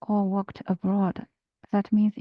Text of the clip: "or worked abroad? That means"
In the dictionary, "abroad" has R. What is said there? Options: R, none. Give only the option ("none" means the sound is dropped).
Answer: R